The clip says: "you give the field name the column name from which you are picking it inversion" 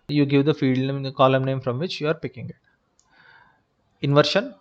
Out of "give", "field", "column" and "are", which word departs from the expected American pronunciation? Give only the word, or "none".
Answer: field